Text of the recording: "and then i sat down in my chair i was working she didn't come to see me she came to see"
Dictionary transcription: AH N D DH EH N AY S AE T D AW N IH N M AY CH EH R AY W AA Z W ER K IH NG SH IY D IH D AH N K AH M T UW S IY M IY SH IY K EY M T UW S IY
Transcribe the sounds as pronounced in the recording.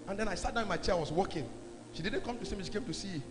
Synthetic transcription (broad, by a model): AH N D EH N AY S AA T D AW IH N M AY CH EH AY W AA S W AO K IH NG SH IY D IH D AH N K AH M T UW S IY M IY SH IY K EY M T UW S IY